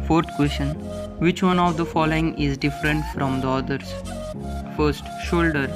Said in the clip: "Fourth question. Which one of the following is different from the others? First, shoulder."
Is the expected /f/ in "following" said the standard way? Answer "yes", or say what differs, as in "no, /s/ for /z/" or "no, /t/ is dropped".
yes